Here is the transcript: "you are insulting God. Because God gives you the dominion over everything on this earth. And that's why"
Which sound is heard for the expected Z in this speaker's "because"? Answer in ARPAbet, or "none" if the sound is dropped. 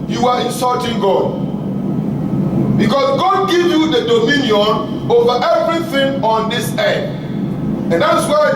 S